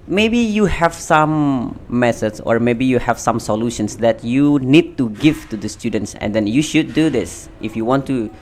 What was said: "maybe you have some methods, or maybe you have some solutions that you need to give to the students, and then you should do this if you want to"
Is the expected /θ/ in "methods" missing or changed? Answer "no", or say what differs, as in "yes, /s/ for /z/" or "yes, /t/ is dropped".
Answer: yes, /s/ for /θ/